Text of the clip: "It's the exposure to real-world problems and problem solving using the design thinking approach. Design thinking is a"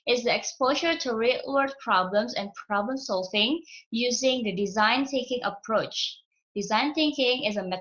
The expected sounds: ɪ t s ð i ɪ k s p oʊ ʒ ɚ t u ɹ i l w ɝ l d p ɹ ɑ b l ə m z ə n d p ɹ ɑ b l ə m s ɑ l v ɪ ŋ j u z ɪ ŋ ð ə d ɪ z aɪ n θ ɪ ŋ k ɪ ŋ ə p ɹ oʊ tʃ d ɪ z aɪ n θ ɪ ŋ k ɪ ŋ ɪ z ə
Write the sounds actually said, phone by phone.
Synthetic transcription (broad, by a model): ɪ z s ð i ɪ k s p oʊ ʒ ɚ t u ɹ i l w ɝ d p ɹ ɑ b l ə m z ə n p ɹ ɑ b l ə m s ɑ l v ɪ ŋ j u z ɪ ŋ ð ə d ɪ z aɪ n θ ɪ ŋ k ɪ ŋ ə p ɹ oʊ tʃ d ɪ z aɪ n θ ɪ ŋ k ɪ ŋ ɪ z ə